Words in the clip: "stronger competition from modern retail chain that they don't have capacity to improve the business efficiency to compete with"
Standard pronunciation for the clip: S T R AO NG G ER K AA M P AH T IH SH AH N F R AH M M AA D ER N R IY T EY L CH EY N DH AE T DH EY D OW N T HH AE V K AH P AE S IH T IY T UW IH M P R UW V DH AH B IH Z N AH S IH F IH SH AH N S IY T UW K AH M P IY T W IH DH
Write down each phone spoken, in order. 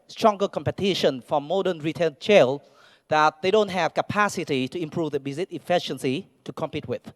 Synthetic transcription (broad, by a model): S T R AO NG G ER K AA M P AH T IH SH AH N F R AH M M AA D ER N R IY T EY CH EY L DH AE T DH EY D OW N T HH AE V K AH P AE S IH T IY T UW IH M P R UW V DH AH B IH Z AH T IH F IH SH AH N S IY T UW K AH M P IY T W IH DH